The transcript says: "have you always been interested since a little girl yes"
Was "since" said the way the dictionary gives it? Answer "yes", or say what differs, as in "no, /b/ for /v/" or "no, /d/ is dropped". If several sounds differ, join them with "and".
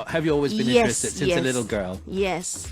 no, /n/ is dropped